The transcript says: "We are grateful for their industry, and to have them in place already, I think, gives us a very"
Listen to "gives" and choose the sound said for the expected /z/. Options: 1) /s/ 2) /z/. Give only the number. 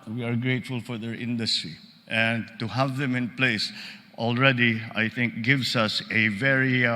1